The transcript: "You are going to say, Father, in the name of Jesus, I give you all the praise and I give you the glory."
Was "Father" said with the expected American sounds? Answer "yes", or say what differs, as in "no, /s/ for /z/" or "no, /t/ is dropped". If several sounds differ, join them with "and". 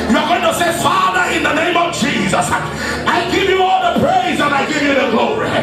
yes